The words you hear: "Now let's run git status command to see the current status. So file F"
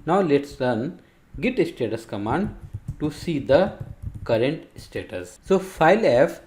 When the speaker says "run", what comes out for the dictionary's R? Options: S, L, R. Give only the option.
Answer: L